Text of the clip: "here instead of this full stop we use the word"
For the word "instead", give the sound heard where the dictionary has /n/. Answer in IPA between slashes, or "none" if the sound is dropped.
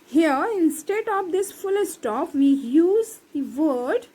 /n/